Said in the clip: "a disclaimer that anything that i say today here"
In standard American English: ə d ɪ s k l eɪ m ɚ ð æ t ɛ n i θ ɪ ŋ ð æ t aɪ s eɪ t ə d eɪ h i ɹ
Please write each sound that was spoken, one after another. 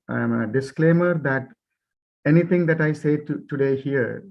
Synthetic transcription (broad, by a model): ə d ɪ s k l eɪ m ɚ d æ t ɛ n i t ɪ ŋ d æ t aɪ s eɪ t ə d eɪ h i ɹ